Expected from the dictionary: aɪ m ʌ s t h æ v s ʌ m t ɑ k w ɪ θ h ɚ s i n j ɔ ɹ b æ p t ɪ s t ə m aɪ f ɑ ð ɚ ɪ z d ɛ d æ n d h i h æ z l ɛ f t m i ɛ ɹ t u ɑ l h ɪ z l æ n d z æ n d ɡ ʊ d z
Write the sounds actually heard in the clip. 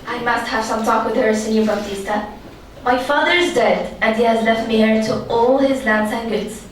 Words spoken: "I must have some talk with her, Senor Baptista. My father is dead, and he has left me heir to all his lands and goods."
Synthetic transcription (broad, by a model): aɪ m ʌ s t h æ v s ʌ m t ɑ k w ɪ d h ɚ s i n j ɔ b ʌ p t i s t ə m aɪ f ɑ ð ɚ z d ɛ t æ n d h i h æ z l ɛ f t m i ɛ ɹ t u ɑ l h ɪ z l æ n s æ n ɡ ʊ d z